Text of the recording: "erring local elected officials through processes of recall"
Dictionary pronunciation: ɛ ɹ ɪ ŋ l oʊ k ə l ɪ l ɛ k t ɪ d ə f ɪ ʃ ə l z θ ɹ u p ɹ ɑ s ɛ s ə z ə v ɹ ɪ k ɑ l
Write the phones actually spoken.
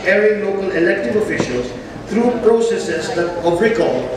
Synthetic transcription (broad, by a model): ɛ ɹ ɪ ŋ l oʊ k ə l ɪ l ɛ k t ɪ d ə f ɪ ʃ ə l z t ɹ u p ɹ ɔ s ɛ s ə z ə v ɹ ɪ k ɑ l